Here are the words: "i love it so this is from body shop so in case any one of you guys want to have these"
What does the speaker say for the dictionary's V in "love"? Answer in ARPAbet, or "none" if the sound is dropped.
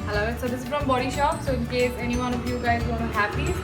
none